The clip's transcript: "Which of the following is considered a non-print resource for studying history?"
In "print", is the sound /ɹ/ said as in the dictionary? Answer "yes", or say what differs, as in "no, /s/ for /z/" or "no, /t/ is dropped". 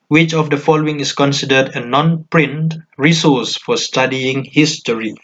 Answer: yes